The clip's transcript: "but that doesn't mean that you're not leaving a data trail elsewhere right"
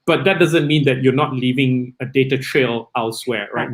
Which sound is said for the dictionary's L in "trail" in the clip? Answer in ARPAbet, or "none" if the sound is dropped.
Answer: L